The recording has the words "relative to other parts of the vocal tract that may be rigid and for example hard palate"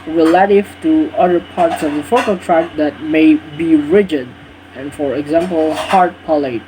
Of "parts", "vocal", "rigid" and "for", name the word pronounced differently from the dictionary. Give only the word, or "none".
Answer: vocal